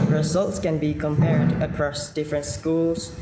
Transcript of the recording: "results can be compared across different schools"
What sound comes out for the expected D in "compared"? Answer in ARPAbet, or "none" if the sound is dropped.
D